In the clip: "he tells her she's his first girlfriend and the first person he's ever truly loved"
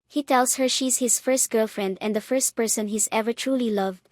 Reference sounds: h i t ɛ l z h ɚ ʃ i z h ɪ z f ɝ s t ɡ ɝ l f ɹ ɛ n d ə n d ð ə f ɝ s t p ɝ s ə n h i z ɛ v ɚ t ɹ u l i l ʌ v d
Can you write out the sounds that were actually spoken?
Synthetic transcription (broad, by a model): h i t ɛ l s h ɚ ʃ i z h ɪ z f ɝ s t ɡ ɝ l f ɹ ɛ n d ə n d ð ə f ɝ s t p ɝ s ə n h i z ɛ v ɚ t ɹ u l i l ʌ v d